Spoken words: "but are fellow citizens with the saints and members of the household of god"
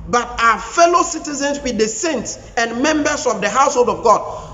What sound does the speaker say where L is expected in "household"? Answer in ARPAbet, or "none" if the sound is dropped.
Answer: L